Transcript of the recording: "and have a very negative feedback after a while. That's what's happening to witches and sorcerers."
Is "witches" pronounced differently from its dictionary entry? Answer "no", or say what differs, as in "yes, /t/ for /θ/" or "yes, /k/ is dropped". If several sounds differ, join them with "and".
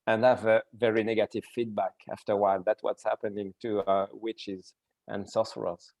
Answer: no